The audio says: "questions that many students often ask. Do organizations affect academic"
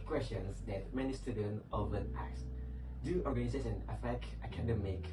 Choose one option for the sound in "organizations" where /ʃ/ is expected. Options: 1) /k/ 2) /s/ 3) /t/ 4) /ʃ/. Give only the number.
2